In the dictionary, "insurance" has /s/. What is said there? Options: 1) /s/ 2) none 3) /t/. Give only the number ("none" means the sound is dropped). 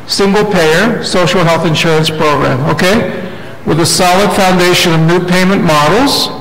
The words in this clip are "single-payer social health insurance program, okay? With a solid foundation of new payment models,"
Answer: 1